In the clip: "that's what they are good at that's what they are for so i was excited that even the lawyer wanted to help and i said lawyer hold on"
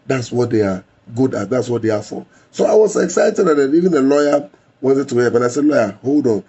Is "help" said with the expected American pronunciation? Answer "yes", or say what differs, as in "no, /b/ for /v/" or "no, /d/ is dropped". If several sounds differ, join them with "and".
no, /l/ is dropped